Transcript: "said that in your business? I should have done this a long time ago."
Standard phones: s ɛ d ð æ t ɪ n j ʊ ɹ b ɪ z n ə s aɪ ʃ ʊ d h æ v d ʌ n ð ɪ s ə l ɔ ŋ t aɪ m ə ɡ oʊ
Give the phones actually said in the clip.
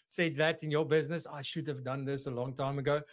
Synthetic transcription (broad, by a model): s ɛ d ð æ t ɪ n j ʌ b ɪ z n ə s aɪ ʃ ʊ d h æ v d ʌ n ð ɪ s ə l ɔ ŋ t aɪ m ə ɡ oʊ